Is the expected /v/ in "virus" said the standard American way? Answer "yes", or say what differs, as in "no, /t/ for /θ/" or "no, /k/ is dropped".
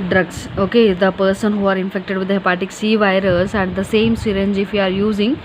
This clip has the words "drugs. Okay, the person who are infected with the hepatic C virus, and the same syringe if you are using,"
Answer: yes